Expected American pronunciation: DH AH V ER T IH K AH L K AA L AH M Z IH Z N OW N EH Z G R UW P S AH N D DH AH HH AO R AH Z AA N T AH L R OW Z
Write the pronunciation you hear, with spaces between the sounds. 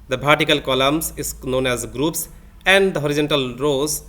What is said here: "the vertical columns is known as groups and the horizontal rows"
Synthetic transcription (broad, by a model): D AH P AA T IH K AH L K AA L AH M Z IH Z N OW N EH Z G R UW P S AH N D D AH HH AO R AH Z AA N T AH L R OW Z